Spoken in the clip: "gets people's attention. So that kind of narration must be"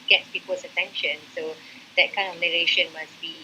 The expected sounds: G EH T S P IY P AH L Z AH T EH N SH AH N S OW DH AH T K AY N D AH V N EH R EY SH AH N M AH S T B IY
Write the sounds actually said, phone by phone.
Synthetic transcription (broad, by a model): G EH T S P IY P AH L S AH T EH N SH AH N S OW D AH T K AY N AH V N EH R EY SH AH N M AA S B IY